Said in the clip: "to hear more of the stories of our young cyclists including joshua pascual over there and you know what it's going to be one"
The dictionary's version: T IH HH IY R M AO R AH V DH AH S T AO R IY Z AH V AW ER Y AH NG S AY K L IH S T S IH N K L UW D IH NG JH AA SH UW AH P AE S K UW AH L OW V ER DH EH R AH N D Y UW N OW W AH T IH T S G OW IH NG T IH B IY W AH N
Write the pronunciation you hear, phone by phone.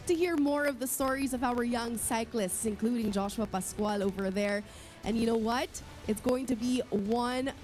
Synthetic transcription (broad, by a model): T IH HH IY R M AO R AH V DH AH S T AO R IY Z AH V AW ER Y AH NG S AY K L IH S T S IH N K L UW D IH NG JH AA SH UW AH P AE S K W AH L OW V ER DH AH R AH N Y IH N OW W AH T IH T S G OW IH NG T IH B IY W AH N